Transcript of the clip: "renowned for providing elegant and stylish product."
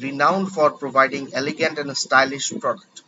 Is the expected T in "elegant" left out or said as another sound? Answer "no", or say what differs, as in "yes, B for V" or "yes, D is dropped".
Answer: no